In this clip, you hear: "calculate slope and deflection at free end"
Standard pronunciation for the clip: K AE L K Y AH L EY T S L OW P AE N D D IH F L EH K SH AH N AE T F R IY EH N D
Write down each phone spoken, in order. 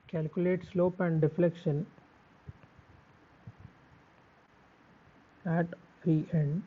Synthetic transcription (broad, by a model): K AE L K Y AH L EY T S L OW P AE N D D IH F L EH K SH AH N AE T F IY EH N D